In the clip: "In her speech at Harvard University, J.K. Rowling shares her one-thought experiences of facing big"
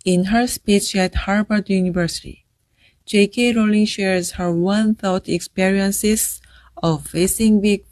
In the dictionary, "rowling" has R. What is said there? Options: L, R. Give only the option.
R